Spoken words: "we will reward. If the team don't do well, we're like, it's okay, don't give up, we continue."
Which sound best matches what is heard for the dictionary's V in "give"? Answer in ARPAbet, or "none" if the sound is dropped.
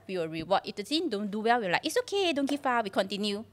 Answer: F